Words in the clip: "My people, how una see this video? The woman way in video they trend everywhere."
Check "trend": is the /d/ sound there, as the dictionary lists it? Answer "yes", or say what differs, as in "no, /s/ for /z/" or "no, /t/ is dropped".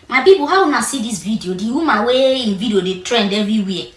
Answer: yes